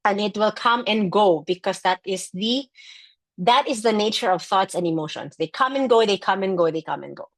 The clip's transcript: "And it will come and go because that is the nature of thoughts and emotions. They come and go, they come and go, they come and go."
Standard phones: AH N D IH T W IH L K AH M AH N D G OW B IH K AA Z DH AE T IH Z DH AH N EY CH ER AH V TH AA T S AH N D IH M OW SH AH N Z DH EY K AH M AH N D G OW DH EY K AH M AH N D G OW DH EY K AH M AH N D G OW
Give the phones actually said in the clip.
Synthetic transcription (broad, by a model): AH N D IH T W IH L K AH M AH N G OW B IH K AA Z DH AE T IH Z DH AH N EY CH ER AH V TH AA T S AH N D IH M OW SH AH N S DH EY K AH M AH N G OW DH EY K AH M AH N G OW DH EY K AH M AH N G OW